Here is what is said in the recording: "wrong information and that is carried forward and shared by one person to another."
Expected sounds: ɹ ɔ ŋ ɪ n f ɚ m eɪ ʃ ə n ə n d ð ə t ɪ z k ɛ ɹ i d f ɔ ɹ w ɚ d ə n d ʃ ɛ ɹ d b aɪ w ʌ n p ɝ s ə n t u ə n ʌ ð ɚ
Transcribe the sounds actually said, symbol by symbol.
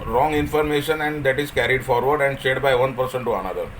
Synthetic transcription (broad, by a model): ɹ ɔ ŋ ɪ n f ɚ m eɪ ʃ ə n ə n d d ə t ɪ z k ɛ ɹ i d f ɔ ɹ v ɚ d ə n d s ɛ d b aɪ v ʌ n p ɝ s ə n t u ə n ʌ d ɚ